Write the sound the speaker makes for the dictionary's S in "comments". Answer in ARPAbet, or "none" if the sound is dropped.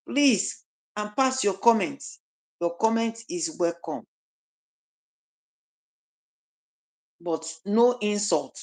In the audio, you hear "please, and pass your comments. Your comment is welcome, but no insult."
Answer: none